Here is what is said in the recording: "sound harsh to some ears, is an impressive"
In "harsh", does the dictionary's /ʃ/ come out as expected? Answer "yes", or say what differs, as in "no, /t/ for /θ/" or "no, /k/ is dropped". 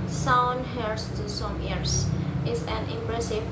no, /s/ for /ʃ/